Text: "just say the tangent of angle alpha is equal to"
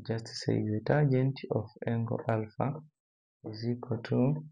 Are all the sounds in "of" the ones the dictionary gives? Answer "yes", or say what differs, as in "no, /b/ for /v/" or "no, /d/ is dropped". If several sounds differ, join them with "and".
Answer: no, /f/ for /v/